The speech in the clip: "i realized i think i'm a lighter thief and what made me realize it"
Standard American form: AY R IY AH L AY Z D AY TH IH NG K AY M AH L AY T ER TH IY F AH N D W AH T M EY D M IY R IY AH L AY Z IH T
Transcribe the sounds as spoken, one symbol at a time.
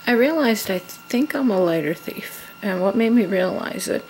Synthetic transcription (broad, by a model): AY R IY AH L AY Z D AY TH IH NG K AY M AH L AY T ER TH IY F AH N W AH T M EY D M IY R IY AH L AY Z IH T